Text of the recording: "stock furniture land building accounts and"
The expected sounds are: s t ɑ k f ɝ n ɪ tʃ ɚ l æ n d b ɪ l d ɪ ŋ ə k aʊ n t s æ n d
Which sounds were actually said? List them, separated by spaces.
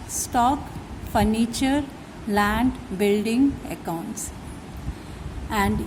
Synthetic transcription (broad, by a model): s t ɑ k f ɝ n ɪ tʃ ɚ l æ n d b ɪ l d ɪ ŋ ə k aʊ n t s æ n d